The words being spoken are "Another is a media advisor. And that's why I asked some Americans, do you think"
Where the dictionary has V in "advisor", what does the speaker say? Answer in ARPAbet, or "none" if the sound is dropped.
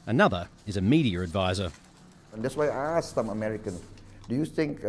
V